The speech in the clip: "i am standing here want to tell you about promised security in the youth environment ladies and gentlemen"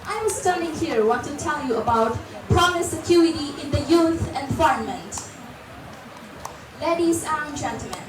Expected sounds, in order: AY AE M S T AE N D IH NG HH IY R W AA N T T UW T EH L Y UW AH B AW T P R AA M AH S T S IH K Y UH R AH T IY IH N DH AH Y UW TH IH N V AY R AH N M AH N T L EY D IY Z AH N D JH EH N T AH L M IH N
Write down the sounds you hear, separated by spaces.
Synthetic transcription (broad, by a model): AY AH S T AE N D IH NG HH IY R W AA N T T UW T EH L Y UW AH B AW T P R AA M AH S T S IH K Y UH R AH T IY IH N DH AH Y UW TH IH N F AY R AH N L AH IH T L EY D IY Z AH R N JH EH N T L M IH N